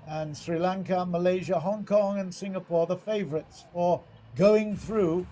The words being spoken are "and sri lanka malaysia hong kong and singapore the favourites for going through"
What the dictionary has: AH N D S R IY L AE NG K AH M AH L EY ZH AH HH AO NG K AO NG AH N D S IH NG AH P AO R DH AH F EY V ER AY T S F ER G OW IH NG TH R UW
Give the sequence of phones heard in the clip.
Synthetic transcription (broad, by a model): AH N S R IY L AE NG K AH M AH L EY ZH AH HH AO NG K AO NG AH N S IH NG AH P AO R DH AH F EY V ER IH T S F ER G OW IH NG TH R UW